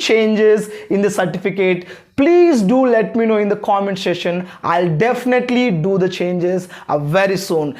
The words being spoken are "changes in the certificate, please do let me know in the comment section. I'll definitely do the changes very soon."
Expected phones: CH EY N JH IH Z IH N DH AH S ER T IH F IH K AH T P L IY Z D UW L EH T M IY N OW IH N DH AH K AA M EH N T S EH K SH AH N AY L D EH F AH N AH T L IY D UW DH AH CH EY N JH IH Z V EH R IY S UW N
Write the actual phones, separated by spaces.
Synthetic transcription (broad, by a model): CH EY N JH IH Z IH N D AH S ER T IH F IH K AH T P L IY Z D UW L EH T M IY N OW IH N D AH K AA M EH N T S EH SH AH N AY L D EH F AH N AH T L IY D UW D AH CH EY N JH IH Z V EH R IY S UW N